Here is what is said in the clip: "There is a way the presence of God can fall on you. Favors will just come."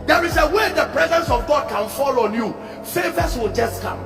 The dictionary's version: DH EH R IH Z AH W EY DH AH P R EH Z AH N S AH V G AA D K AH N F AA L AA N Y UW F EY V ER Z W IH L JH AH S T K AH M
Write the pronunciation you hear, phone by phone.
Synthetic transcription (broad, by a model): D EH R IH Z AH W EY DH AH P R EH Z AH N S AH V G AA D K AH N F AA L AA N Y UW F EY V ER S W IH L JH AH S T K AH M